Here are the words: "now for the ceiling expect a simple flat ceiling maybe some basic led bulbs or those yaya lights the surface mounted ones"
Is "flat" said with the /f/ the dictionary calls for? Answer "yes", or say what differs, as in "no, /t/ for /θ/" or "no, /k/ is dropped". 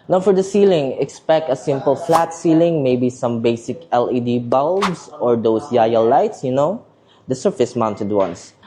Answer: yes